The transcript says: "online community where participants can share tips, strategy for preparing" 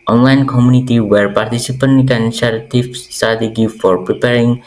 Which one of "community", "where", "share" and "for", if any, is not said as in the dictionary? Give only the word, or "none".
share